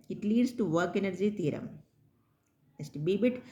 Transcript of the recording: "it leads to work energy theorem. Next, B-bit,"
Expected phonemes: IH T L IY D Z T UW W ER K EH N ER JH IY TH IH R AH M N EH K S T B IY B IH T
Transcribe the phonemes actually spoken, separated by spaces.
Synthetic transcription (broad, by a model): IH T L IY D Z T UW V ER K EH N ER JH IY T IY R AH M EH S T B IY B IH T